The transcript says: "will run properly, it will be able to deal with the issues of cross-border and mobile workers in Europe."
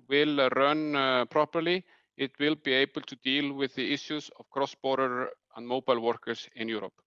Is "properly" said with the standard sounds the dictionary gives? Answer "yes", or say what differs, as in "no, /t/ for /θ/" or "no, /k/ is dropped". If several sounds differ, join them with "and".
yes